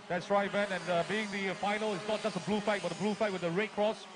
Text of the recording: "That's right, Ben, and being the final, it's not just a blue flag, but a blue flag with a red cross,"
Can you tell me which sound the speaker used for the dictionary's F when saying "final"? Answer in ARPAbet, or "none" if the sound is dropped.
F